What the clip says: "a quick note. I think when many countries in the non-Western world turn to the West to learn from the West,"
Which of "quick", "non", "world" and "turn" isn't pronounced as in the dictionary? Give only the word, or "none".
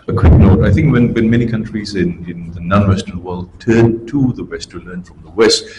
none